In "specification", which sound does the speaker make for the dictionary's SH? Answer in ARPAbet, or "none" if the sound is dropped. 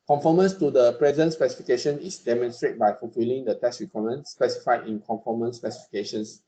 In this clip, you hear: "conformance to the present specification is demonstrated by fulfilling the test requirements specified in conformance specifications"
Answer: SH